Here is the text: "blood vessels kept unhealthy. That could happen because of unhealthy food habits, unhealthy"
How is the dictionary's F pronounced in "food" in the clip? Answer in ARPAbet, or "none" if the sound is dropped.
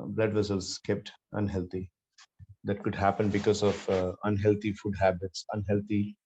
F